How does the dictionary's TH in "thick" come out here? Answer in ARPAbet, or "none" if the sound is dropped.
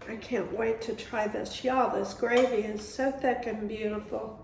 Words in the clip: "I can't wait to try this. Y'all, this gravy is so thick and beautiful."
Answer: TH